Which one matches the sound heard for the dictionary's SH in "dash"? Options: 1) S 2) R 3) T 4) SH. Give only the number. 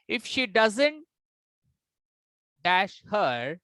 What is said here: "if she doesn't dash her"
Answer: 4